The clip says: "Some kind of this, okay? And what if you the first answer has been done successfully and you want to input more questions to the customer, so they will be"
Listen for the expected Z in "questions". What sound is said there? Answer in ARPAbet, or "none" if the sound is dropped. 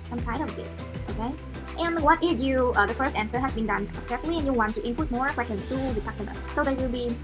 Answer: S